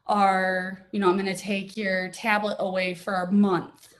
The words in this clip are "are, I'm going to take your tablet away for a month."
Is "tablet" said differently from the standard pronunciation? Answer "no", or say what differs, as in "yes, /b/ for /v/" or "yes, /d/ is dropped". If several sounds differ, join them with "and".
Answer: no